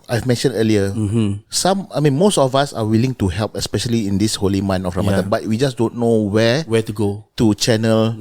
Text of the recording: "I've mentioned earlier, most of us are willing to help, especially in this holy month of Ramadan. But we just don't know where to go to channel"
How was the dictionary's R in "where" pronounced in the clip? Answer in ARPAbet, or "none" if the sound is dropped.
W